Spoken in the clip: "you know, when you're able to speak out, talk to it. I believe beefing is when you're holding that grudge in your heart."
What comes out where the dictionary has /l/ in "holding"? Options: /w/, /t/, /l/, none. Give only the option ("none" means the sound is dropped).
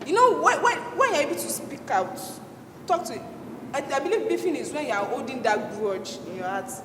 none